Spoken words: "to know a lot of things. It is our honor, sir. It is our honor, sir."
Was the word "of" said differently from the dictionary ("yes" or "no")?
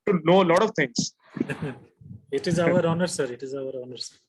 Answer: no